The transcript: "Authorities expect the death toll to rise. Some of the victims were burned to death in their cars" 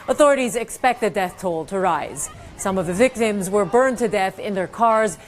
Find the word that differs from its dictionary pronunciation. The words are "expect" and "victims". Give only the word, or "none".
none